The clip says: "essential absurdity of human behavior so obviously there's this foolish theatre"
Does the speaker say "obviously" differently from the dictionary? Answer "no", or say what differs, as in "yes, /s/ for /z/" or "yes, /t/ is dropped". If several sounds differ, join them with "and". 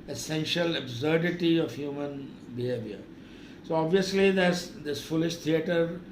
no